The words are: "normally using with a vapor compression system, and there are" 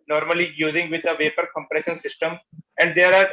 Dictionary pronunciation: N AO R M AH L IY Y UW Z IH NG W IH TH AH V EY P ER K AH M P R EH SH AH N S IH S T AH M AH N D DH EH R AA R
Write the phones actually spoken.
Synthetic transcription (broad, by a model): N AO R M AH L IY Y UW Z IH NG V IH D AH V EY P ER K AH M P R EH SH AH N S IH S T AH M AH N D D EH R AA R